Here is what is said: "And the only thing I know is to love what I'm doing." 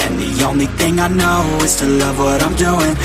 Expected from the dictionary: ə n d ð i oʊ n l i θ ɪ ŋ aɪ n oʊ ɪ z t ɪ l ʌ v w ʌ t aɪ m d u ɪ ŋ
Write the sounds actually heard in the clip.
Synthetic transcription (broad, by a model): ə n ð i oʊ n l i θ ɪ ŋ aɪ n oʊ ɪ z t ɪ l ʌ v w ʌ t aɪ m d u ɪ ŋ